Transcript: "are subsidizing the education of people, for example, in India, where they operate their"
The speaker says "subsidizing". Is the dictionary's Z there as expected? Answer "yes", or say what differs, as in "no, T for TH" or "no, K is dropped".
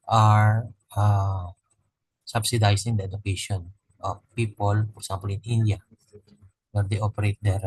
no, S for Z